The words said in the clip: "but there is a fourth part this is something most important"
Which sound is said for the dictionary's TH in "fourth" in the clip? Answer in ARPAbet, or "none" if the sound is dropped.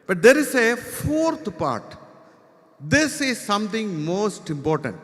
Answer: T